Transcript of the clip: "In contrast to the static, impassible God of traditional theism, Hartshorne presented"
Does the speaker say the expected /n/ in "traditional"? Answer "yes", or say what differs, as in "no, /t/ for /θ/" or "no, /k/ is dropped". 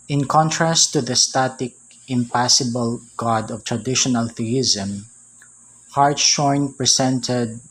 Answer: yes